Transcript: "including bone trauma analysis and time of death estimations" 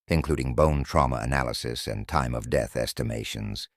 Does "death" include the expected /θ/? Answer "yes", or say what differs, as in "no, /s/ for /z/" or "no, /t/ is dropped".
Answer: yes